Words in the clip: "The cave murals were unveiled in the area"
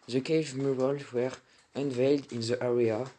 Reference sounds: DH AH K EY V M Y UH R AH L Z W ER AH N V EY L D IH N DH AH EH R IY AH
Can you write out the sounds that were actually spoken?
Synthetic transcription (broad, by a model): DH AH K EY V M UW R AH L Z W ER AH N V EY L D IH N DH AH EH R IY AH